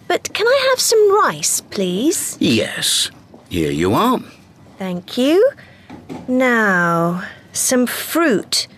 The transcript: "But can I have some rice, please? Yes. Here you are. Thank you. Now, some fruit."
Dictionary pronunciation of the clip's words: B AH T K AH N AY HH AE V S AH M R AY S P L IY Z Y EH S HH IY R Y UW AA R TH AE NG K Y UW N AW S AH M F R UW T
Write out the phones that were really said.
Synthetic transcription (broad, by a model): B AH T K AH N AY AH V S AH M R AY S P L IY Z Y EH S HH IY R Y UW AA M TH AE NG K Y UW N AW S AH M F R UW T